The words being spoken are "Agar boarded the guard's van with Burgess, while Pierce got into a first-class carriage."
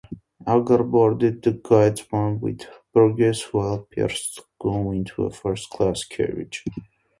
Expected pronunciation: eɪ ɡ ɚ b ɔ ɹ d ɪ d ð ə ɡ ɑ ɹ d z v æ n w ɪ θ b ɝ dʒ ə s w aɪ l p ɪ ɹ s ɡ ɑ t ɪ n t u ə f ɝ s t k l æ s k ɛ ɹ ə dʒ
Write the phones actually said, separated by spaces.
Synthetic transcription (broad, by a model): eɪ ɡ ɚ b ɔ ɹ d ɪ d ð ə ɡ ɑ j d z w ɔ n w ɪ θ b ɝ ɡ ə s w aɪ l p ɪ ɹ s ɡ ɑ ɪ n t u ə f ɝ s t k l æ s k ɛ ɹ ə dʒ